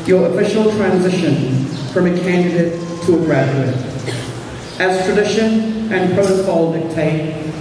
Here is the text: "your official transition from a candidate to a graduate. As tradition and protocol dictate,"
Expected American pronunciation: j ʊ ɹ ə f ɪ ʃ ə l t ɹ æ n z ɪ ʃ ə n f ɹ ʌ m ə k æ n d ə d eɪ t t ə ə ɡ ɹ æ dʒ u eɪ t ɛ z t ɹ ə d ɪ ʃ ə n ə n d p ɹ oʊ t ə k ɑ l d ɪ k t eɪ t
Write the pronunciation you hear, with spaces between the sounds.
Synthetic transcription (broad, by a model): j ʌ ɹ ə f ɪ ʃ l t ɹ æ n z ɪ ʃ ə n f ɹ ʌ m ə k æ n d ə d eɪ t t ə ə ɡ ɹ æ dʒ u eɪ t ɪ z t ɹ ə d ɪ ʃ ə n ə n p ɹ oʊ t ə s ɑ l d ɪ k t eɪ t